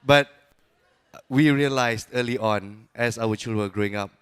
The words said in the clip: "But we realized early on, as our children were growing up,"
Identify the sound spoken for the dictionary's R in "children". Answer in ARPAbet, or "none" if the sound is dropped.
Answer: none